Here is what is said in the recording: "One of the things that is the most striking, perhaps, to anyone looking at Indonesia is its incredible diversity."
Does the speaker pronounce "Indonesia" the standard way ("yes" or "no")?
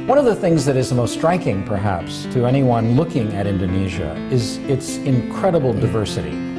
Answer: yes